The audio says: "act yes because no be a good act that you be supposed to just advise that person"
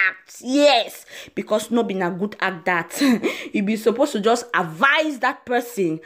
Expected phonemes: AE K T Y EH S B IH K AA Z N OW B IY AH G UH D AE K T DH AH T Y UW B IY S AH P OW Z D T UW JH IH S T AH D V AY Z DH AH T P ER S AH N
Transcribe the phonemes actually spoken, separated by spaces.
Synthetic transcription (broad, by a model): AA K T Y EH S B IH K AA S N OW B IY AH G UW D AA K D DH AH T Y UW B IY S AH P OW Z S T UW JH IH S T AH D V AY Z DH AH T P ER S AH N